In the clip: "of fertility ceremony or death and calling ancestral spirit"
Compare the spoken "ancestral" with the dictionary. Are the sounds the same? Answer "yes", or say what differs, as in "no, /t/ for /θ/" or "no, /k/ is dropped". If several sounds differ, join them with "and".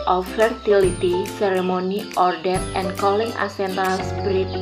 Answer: no, /n/ is dropped and /ɹ/ is dropped